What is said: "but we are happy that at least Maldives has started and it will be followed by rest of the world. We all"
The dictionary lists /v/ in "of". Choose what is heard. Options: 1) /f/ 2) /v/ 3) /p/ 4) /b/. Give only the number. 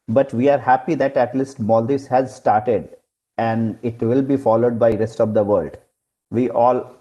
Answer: 2